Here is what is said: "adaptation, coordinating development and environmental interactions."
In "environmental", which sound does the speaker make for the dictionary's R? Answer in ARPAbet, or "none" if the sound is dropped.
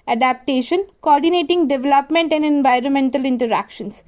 R